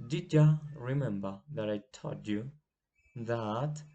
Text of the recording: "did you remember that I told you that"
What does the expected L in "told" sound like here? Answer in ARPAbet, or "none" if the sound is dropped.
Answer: none